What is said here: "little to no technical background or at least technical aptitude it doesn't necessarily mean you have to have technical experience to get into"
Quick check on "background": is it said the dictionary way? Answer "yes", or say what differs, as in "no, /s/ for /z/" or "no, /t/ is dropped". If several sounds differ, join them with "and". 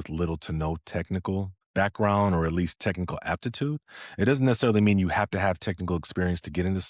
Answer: yes